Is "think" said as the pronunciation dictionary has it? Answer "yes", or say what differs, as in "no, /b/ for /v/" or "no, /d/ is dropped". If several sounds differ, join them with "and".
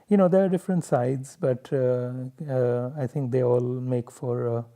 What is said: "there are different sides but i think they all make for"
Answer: no, /t/ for /θ/